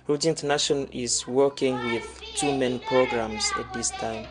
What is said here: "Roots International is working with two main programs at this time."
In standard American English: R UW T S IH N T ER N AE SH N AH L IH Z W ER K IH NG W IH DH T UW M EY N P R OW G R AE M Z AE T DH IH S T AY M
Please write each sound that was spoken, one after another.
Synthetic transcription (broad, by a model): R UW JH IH N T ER N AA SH AH N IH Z W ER K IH NG W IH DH T UW M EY N P R OW G R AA M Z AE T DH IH S T AY M